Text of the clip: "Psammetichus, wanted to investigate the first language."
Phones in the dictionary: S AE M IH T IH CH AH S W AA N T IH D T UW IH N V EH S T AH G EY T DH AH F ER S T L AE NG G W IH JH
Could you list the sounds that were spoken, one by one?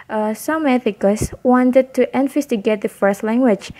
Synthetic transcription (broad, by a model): S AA M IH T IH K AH S W AA N T IH D T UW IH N F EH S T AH G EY T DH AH F ER S T L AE NG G W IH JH